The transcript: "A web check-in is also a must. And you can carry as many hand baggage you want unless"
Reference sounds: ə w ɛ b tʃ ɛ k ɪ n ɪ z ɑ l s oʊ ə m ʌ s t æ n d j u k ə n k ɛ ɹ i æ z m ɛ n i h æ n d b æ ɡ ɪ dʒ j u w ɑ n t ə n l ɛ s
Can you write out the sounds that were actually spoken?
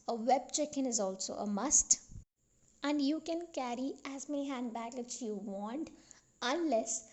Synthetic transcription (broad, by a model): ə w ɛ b tʃ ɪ k ɪ n ɪ z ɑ l s oʊ ə m ʌ s t æ n d j u k ə n k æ ɹ i æ z m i h æ n d b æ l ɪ tʃ j u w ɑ n t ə n l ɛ s